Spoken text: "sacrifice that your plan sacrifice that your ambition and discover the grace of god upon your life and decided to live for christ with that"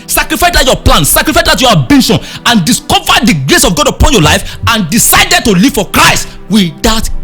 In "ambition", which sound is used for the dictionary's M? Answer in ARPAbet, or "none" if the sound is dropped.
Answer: none